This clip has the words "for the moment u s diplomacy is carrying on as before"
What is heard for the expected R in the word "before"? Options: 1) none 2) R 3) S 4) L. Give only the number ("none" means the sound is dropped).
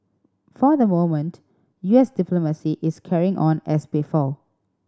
4